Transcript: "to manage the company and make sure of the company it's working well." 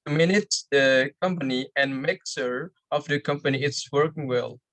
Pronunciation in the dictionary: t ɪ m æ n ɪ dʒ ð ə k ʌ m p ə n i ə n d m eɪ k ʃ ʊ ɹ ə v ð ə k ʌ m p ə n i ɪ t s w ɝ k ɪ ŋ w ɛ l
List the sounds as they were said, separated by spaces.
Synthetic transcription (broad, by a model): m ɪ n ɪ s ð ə k ʌ m p ə n i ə n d m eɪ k s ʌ ɹ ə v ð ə k ʌ m p ə n i ɪ t s w ɝ k ɪ ŋ w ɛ l